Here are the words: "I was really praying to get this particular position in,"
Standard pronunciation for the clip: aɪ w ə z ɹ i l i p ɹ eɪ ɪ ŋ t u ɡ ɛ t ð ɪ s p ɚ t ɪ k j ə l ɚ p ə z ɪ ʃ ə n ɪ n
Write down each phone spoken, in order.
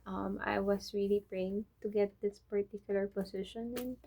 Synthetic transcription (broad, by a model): aɪ w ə s ɹ i l i p ɹ eɪ ɪ ŋ t u ɡ ɛ t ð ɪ s p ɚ t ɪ k j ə l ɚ p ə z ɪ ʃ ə n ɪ n